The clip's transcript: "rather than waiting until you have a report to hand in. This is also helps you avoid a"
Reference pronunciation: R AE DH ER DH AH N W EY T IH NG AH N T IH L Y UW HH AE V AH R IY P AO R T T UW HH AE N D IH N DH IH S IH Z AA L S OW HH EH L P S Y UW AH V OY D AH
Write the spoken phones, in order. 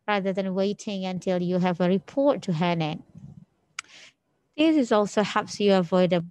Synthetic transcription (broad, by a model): R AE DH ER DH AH N W EY T IH NG AH N T IH L Y UW HH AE V AH R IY P AO R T T UW HH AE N IH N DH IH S IH Z AA L S OW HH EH P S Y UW AH V OY D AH